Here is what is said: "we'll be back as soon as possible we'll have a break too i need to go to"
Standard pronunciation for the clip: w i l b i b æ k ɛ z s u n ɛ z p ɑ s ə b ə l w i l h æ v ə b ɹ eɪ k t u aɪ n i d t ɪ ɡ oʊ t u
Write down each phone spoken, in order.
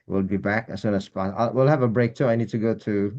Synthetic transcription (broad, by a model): w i l b i b æ k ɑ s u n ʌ s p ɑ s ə ə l w i l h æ v ə b ɹ eɪ k t u aɪ n i d t ɪ ɡ oʊ t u